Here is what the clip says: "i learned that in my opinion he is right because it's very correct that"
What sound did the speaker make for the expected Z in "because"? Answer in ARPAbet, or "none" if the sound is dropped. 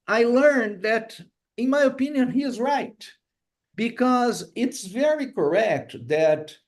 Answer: Z